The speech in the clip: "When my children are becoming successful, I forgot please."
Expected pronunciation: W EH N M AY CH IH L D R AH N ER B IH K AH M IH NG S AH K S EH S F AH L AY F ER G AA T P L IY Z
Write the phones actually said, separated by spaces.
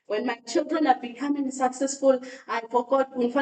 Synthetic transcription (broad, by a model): W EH N M AY CH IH L D R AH N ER B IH K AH M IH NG S AH K S EH S F AH L AY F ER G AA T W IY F